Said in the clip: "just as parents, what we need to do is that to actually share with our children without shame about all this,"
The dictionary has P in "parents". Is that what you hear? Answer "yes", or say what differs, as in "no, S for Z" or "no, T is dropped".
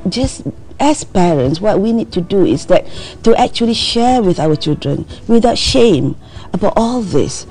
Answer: yes